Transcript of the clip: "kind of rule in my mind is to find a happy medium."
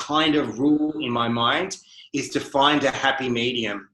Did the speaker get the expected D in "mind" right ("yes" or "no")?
yes